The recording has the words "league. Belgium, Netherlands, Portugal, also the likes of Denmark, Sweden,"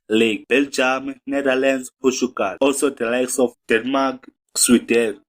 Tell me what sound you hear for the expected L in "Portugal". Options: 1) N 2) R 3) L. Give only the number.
1